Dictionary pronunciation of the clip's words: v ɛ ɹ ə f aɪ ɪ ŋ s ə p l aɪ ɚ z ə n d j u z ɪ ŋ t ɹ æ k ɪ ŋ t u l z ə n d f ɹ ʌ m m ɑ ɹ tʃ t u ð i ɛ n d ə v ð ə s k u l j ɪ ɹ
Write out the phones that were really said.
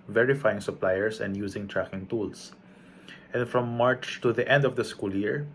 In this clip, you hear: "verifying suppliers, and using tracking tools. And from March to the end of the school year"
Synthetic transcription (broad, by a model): v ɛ ɹ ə f aɪ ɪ ŋ s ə p l aɪ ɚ s ə n d j u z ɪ ŋ t ɹ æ k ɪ ŋ t u l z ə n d f ɹ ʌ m m ɑ ɹ tʃ t u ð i ɛ n d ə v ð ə s k u l j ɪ ɹ